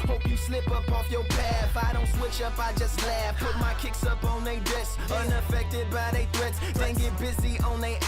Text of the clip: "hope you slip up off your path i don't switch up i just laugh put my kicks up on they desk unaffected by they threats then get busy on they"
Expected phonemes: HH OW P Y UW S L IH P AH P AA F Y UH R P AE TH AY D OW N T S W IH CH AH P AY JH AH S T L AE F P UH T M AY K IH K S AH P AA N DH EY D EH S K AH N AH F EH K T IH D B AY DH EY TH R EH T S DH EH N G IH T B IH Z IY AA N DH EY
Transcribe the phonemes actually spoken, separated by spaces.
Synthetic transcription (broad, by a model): HH OW P Y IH S L IH P AH P AA F Y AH R P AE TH AY D OW N T S W IH CH AH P AY JH AH S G L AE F P UH T M AY K IH K S AH P N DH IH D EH S AH N AH F EH K T IH D B AY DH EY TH R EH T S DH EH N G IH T B IH Z IY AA N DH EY